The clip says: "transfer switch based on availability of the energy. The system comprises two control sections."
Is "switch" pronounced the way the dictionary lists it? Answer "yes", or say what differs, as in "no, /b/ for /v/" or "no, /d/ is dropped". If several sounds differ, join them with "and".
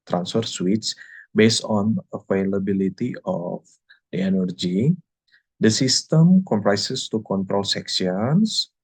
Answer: no, /s/ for /tʃ/